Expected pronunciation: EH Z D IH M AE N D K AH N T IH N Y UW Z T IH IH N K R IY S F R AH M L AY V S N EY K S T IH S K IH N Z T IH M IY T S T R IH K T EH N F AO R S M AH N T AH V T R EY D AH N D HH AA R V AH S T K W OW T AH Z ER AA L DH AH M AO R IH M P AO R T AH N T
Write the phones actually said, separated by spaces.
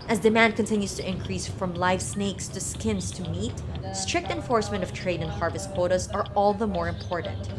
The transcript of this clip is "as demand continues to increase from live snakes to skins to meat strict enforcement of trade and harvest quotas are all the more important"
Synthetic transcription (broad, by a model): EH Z D IH M AE N D K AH N T IH N Y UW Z T IH IH N K R IY S F R AH M L AY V S N EY K S T IH S K IH N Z T IH M IY T S T R IH K T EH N F AO R S M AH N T AH V T R EY D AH N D HH AA R V AH S T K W OW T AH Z ER AA L DH AH M AO R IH M P AO R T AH N T